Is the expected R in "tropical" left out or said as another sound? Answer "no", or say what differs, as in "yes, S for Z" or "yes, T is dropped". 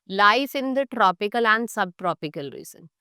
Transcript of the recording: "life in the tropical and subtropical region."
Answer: no